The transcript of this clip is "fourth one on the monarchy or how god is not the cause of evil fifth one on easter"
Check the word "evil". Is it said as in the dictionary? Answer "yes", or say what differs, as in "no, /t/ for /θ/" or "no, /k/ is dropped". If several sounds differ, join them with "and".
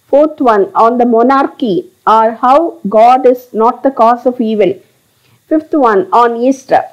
yes